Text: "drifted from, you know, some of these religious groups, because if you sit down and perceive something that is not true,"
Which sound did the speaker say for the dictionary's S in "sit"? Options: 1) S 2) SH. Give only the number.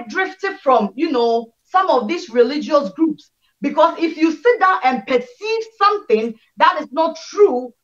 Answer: 1